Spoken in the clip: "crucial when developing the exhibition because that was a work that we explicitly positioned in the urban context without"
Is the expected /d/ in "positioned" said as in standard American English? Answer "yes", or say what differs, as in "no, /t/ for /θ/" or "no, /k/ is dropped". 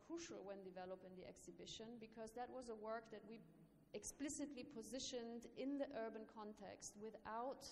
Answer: yes